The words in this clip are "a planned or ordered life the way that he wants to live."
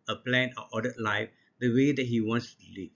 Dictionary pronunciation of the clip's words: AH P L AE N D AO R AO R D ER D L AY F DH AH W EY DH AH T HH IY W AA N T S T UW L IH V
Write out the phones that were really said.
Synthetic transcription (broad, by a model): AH P L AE N AO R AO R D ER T L AY F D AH W EY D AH T HH IY W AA N S T UW L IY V